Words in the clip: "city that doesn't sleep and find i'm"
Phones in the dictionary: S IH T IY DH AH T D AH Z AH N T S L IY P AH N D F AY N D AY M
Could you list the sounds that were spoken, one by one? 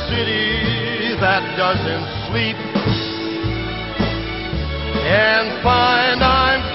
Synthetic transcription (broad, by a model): S IH T IY DH AH T D AH Z AH N T S W IY P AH N F AY N D AY M